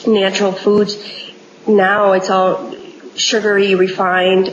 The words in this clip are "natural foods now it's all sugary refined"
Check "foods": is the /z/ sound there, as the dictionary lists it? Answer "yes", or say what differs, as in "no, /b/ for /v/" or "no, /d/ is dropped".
no, /z/ is dropped